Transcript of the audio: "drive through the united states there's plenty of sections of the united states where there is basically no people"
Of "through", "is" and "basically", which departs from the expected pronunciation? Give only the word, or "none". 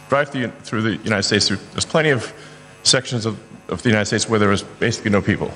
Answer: none